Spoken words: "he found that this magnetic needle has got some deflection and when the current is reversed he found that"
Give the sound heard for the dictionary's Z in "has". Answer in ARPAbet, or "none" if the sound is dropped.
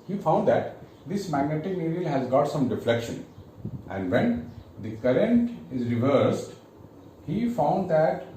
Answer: Z